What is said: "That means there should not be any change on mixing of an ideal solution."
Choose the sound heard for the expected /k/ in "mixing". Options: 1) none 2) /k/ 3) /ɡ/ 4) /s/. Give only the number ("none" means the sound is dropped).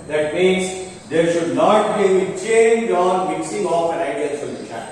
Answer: 2